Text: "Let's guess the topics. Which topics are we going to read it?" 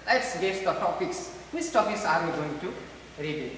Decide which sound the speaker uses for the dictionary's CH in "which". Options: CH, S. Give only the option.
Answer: S